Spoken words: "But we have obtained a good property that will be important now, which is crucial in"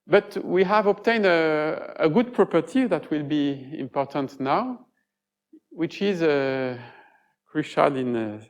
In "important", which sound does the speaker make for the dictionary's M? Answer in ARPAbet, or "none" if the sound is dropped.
M